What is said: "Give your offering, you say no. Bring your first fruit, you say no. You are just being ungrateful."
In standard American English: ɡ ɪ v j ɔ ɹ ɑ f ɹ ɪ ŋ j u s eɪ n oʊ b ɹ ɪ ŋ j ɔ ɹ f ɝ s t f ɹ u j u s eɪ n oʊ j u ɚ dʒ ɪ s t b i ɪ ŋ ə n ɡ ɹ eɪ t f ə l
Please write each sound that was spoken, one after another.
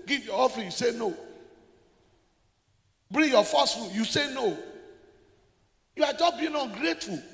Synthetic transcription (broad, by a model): ɡ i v j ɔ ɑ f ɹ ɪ j u s eɪ n oʊ b ɹ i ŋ j ɔ f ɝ s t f u j u s eɪ n oʊ j u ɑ dʒ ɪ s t b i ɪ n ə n ɡ ɹ eɪ t f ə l